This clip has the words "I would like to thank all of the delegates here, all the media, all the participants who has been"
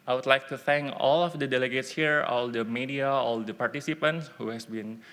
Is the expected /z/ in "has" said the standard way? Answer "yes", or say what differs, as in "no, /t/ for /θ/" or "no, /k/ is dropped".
no, /s/ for /z/